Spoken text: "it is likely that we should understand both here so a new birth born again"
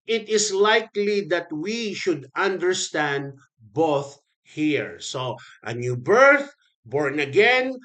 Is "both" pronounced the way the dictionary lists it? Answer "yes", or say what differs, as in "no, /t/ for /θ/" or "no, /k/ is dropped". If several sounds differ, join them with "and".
yes